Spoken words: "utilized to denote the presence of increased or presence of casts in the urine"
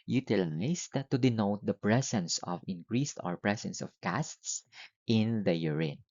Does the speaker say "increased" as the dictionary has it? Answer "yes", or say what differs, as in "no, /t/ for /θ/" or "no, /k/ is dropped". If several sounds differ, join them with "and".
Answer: yes